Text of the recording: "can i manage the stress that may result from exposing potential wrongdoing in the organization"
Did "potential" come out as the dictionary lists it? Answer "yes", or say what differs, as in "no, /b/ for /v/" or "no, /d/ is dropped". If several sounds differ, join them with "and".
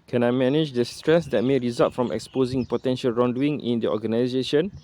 yes